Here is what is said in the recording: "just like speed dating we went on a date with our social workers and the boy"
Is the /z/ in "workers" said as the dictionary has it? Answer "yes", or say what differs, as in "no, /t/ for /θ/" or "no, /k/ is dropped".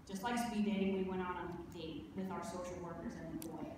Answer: yes